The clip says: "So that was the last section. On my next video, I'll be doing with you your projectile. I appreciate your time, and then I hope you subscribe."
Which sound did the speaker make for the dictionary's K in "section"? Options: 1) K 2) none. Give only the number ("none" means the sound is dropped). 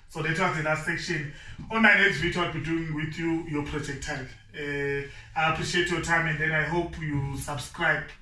1